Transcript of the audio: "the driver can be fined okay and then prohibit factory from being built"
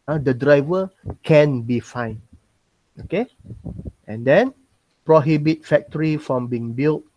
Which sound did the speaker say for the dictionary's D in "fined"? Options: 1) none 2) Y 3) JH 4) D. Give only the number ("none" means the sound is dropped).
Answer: 1